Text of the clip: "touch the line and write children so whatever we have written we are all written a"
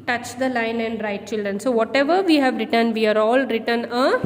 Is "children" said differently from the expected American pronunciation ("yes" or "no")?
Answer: no